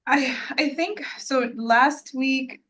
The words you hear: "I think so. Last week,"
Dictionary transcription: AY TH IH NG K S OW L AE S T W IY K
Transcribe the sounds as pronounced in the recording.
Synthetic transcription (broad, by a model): AY TH IH NG K S OW L AE S T W IY K